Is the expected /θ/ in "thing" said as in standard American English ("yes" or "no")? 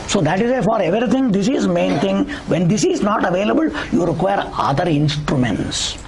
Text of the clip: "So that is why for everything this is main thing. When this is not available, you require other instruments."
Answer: no